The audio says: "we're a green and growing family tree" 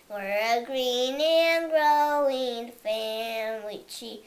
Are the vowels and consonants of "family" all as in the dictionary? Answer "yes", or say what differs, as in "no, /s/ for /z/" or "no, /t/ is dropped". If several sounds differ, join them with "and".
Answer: no, /w/ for /l/